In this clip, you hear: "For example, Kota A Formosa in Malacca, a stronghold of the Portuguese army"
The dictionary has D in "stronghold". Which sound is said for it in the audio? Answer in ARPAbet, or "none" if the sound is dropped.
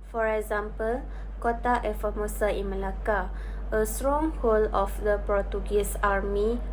none